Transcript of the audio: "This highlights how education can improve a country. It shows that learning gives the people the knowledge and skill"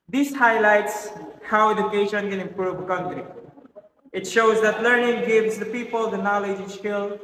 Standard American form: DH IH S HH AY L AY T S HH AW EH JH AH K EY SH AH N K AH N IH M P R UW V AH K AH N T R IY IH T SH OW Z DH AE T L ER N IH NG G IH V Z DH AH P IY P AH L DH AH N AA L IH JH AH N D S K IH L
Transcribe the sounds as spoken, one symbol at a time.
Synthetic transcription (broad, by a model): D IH S HH AY L AY T S HH AW EH JH AH K EY SH AH N K AH N IH M P R UW V AH K AH N T R IY IH T SH OW Z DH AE T L ER N IH NG G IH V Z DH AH P IY P AH L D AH N AA L IH JH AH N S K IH L